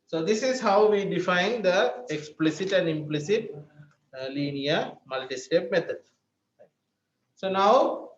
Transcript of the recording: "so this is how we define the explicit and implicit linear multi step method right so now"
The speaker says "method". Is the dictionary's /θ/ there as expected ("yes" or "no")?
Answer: no